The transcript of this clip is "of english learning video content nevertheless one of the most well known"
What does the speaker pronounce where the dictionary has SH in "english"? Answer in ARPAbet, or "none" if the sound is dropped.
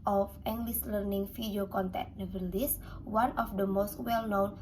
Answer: S